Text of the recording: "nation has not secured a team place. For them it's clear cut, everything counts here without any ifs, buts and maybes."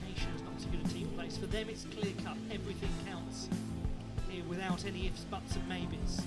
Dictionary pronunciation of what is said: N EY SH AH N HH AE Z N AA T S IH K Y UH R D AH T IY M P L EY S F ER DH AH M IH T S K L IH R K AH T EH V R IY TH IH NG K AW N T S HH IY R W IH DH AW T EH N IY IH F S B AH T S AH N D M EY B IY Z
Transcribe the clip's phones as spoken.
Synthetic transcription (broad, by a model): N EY SH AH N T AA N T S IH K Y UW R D AH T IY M P L EY S F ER DH AH M IH T S K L IH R K AH T EH V R IY TH IH NG K AW N T S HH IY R W IH DH AW T EH N IY IH F S B AH T S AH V M EY B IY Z